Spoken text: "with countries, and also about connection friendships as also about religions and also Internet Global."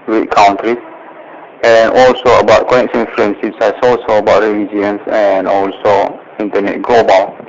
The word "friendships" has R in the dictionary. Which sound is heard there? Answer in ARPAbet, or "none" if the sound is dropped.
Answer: L